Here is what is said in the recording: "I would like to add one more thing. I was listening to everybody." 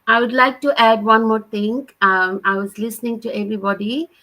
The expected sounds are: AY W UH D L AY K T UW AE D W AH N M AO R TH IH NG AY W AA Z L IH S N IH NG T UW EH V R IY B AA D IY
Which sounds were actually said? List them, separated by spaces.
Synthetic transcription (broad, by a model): AY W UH D L AY K T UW AE D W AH N M AO R T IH NG AY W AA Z L IH S N IH NG T UW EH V R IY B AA D IY